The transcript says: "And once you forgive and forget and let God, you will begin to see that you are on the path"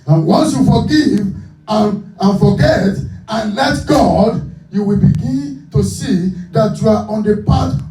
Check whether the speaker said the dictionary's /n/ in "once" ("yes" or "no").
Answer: yes